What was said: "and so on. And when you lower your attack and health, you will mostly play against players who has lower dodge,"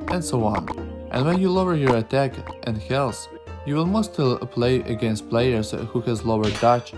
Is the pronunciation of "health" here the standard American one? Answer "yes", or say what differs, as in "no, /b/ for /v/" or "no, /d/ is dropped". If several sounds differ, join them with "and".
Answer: no, /s/ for /θ/